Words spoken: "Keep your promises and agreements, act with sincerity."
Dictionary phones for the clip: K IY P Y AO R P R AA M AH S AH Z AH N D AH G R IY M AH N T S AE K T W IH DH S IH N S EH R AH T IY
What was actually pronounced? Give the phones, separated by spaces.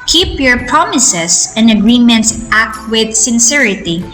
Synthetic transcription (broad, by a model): K IY P Y AO R P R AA M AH S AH S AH N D AH G R IY M AH N T S AE K T W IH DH S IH N S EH R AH T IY